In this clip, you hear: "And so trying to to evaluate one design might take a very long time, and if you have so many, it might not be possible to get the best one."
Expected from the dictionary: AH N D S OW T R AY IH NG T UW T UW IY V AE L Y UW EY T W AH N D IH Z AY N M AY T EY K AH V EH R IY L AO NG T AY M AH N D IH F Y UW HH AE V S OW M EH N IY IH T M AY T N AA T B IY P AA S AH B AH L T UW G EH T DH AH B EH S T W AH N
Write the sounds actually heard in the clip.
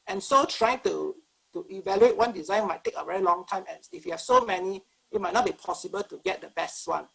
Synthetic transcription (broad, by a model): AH N S OW T R AY IH NG T UW T UW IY V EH L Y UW EY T W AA N D IH Z AY N M AY T EY K AH V EH R IY L AO NG T AY M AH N IH F Y UW HH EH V S OW M EH N IY IH T M AY T N AA T B IY P AA S AH B AH L T UW G EH T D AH B EH S T W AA N